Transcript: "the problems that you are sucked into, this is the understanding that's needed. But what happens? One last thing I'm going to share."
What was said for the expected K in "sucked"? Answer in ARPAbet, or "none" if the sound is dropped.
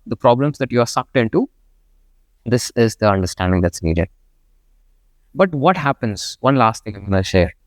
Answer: K